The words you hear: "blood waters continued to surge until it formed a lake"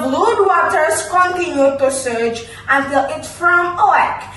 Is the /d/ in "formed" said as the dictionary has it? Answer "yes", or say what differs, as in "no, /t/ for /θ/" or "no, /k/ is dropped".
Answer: no, /d/ is dropped